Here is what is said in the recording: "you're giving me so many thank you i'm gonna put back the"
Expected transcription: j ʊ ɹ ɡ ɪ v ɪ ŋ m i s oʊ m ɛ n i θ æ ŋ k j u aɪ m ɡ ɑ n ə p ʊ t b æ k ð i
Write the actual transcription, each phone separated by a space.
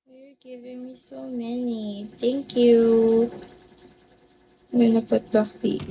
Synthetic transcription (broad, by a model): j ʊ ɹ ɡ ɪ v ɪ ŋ m i s oʊ m ɛ n i t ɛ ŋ k j u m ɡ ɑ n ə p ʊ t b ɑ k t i